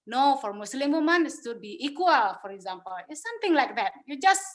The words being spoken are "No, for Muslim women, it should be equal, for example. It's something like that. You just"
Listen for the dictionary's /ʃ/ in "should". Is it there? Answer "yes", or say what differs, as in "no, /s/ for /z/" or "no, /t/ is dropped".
no, /s/ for /ʃ/